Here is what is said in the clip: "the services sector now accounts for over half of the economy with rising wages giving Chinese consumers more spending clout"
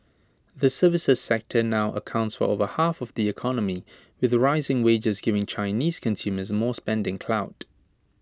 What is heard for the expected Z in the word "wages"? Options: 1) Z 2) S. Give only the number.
1